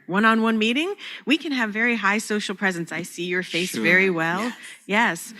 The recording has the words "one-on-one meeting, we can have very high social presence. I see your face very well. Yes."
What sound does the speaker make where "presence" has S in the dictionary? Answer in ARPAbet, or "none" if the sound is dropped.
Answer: S